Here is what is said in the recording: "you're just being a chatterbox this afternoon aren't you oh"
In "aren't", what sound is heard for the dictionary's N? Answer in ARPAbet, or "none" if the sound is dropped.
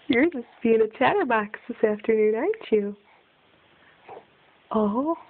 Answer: none